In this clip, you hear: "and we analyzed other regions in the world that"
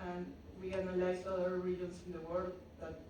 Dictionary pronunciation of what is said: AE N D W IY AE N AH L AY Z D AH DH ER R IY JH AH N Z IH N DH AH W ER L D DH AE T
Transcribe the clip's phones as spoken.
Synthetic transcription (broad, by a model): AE N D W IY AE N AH L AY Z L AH ER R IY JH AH N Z IH N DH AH W ER L D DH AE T